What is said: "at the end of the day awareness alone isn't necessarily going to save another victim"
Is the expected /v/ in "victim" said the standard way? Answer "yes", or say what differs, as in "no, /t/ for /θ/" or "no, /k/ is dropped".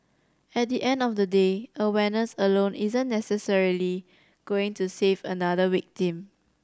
no, /w/ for /v/